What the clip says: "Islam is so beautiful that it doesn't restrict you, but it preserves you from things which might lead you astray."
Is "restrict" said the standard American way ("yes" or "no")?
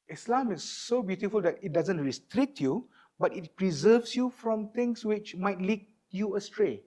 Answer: yes